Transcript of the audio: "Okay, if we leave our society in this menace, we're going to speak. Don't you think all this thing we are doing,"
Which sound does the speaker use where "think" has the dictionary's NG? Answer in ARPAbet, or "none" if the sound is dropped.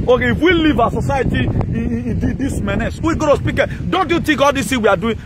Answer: none